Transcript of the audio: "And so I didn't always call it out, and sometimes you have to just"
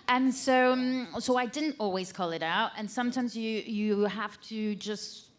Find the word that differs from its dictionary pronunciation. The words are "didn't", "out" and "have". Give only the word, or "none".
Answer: have